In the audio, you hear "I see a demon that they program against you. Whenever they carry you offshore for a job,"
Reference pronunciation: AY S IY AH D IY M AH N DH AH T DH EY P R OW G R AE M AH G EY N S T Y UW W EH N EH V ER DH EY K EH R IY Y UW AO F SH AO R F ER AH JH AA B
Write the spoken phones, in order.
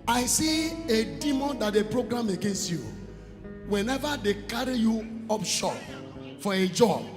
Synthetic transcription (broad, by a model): AY S IY AH D IY M AH N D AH T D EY P R OW G R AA M AH G EY N S T Y UW W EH N EH V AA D EY K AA R IY Y UW AO P SH AO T F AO AH JH AA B